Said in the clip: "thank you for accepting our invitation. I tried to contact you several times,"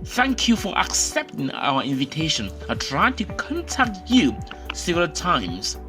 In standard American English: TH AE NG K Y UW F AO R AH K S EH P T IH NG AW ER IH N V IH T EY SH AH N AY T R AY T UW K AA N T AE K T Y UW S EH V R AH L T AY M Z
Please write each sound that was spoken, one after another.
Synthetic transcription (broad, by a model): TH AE NG K Y UW F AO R AH K S EH P T IH NG AW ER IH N V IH T EY SH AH N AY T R AY T UW K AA N T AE K T Y UW S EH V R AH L T AY M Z